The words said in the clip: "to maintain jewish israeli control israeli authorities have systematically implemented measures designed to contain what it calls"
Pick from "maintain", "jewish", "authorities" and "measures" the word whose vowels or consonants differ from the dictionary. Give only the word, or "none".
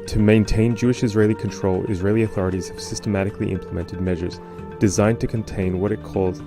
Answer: none